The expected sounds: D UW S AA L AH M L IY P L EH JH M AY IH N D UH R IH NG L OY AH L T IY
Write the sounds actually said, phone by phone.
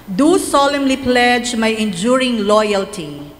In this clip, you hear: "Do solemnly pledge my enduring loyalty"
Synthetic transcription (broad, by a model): D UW S AA L AH M L IY P L EH JH M AY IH N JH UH R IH NG L OY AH L T IY